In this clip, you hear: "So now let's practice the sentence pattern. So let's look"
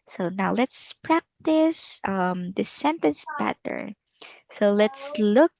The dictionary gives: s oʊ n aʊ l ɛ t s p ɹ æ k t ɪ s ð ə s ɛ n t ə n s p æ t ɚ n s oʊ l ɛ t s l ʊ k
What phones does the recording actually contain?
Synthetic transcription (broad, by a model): s oʊ n aʊ l ɛ t s p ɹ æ k t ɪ s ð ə s ɛ n t ə n s b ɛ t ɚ s oʊ l ɛ t s l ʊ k